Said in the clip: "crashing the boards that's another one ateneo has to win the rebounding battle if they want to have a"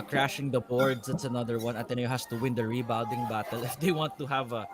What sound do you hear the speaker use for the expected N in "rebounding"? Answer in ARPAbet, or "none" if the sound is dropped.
none